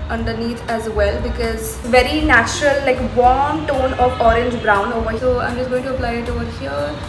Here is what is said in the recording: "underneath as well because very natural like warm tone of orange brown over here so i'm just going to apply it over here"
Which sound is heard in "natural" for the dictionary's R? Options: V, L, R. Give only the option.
R